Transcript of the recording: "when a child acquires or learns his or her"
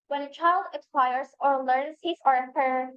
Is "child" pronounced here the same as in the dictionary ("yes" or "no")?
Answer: yes